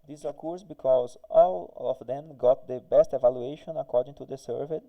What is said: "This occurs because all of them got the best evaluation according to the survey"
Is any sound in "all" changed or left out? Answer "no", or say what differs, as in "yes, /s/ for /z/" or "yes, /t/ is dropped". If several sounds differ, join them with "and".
no